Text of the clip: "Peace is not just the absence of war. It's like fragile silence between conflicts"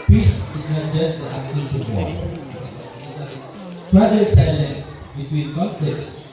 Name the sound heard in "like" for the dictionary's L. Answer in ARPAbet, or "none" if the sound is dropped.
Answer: N